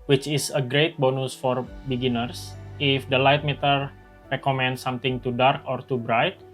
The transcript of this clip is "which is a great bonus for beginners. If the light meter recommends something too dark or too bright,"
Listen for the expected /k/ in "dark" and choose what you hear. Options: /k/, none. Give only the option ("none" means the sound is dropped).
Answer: /k/